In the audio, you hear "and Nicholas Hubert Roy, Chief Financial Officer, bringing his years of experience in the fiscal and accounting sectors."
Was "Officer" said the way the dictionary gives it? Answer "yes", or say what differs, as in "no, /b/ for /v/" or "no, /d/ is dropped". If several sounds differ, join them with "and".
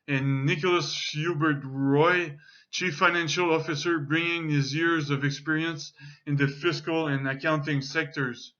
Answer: yes